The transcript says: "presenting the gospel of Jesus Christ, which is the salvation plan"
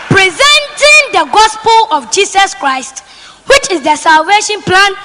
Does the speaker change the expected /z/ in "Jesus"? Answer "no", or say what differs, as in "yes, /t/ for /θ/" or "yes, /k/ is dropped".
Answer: yes, /s/ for /z/